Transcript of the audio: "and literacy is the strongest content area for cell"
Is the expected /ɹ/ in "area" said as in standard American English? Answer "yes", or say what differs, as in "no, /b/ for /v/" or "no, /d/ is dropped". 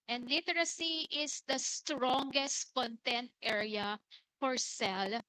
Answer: yes